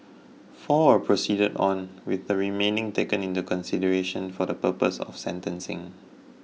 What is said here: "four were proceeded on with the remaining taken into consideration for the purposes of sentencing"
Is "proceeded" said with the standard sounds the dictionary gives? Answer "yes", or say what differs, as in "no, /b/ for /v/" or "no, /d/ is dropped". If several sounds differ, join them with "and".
yes